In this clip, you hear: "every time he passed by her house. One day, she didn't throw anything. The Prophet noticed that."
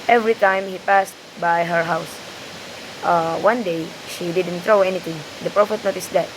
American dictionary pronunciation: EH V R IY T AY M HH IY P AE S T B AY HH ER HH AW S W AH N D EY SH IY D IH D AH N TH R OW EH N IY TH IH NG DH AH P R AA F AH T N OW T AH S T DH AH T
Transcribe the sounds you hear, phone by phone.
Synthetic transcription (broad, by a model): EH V R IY T AY M HH IY P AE S T B AY HH ER HH AW S W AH N D EY SH IY D IH D AH N T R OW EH N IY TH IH NG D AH P R AA F AH T N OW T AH S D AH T